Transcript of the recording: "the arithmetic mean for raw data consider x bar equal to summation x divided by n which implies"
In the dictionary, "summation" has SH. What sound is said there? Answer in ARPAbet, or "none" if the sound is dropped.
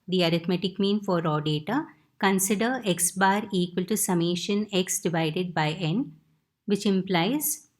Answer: SH